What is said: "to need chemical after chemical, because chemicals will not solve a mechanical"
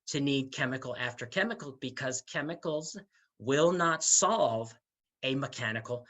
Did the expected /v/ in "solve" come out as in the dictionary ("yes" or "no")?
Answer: yes